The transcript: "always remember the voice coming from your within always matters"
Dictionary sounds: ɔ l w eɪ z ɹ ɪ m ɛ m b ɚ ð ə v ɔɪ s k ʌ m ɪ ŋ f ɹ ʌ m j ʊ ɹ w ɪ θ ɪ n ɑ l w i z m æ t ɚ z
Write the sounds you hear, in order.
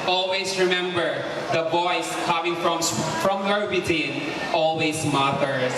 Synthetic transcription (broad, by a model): ɔ l w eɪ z ɹ ɪ m ɛ m b ɚ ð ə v ɔɪ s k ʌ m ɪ ŋ f ɹ ʌ m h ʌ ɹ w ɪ t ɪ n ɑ l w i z m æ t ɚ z